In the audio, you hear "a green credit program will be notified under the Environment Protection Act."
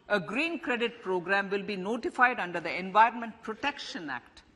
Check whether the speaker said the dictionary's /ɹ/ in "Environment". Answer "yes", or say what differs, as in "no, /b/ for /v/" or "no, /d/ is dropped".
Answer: yes